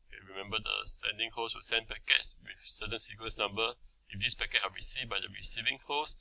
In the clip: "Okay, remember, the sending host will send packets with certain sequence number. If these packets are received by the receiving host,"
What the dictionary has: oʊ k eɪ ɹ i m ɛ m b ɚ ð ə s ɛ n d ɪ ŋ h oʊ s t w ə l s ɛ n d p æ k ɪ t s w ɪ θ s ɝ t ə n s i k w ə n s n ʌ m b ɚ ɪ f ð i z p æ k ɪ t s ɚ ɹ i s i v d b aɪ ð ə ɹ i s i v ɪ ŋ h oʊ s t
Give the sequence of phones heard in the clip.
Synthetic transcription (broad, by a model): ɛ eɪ ɹ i m ɛ m b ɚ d ə s ɛ n d ɪ ŋ h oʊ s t w ə l s ɛ n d p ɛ k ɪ t s w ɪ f s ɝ t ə n s i k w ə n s n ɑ m b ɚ ɪ f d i s p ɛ k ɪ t ɑ ɹ i s i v b aɪ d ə ɹ i s i v ɪ ŋ h oʊ s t